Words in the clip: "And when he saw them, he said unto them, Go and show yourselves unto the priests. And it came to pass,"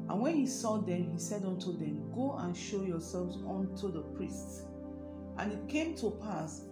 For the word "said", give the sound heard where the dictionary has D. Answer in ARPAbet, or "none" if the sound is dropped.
D